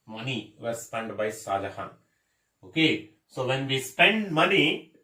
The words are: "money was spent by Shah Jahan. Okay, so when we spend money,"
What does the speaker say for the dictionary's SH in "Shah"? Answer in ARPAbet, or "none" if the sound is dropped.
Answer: S